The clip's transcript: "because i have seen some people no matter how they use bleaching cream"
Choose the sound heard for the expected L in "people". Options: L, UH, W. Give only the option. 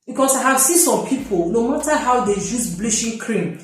L